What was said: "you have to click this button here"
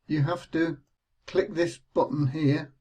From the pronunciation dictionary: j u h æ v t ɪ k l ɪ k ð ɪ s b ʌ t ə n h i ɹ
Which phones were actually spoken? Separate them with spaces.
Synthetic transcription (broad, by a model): j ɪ h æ f t ɪ k l ɪ k ð ɪ s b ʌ t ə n h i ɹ